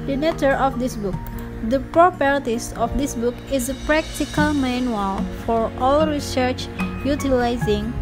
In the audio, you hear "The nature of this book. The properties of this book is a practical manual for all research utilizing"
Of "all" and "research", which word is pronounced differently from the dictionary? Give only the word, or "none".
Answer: none